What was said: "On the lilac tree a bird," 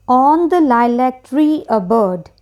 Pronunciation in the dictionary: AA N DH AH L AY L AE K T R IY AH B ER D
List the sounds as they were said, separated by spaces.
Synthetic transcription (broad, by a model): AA N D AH L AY L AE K T R IY AH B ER D